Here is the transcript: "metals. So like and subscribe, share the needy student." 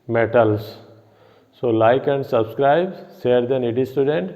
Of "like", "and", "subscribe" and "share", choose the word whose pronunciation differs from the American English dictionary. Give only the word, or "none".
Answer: share